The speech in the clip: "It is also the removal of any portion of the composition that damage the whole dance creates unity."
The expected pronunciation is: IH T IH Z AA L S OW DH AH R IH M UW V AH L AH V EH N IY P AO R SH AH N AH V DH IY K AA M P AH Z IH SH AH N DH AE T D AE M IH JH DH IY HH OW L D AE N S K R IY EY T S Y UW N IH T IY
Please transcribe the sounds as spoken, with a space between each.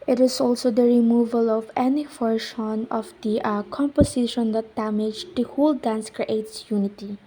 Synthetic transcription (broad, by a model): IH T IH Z AA L S OW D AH R IH M UW V AH L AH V EH N IY F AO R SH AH N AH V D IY K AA M P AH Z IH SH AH N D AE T D AE M IH JH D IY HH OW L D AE N S K R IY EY T S Y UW N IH T IY